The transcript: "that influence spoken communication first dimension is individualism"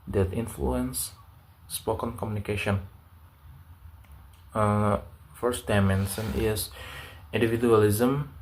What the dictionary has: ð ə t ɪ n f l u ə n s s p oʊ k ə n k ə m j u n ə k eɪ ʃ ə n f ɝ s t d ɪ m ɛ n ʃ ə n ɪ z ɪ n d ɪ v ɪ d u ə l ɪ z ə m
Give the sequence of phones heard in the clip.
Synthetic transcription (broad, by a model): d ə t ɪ n f l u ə n s s p oʊ k ə n k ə m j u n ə k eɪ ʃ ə n f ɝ s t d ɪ m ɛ n s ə n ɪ s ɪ n d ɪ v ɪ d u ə l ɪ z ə m